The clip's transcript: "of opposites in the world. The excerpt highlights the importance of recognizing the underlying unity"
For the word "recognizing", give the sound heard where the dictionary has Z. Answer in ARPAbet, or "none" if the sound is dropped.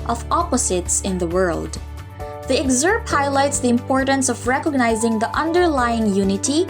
Z